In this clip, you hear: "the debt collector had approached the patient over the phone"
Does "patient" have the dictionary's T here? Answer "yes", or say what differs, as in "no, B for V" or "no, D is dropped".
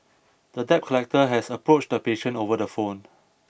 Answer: no, T is dropped